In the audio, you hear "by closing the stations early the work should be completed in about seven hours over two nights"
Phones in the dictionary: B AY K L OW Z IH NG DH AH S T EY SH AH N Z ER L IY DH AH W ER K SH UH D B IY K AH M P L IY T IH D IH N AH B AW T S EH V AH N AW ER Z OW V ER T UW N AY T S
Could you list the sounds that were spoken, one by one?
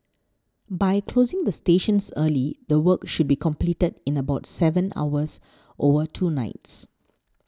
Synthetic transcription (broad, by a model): B AY K L OW Z IH NG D AH S T EY SH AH N S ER L IY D AH W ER K SH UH D B IY K AH M P L IY T IH D IH N AH B AW T S EH V AH N AW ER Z OW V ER T UW N AY T S